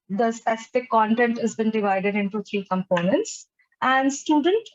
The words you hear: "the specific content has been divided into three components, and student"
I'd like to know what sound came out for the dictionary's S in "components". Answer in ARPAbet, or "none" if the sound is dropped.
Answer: S